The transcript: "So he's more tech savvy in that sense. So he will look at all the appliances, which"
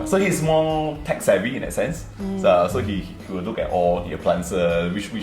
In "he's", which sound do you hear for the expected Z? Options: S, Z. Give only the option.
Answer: S